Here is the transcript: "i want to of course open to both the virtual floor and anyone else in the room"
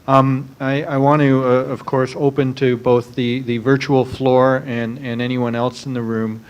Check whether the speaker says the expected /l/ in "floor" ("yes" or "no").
yes